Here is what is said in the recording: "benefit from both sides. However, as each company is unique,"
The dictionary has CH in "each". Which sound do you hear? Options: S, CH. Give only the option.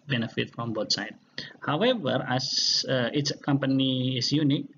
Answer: S